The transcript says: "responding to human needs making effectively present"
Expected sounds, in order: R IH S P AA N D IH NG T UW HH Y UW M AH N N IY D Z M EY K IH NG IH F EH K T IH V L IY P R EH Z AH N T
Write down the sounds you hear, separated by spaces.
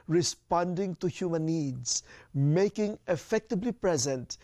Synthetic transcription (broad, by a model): R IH S P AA N D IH NG T UW HH Y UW M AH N N IY D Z M EY K IH NG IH F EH K T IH B L IY P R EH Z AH N T